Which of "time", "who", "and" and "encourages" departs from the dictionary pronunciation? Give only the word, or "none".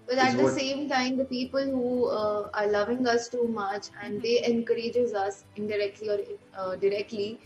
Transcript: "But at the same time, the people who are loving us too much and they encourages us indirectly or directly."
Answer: none